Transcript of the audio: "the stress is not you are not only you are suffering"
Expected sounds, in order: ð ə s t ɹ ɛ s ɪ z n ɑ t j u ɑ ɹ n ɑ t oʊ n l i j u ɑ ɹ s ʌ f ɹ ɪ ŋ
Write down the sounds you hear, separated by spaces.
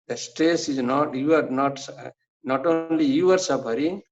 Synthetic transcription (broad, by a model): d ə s t ɛ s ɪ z n ɑ t j u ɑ ɹ n ɑ t oʊ n l i j u ɑ ɹ s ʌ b ɹ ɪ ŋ